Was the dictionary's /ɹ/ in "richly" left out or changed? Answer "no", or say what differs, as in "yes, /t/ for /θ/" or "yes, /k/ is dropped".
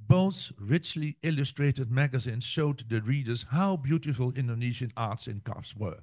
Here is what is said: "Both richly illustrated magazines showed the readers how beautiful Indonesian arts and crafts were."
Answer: no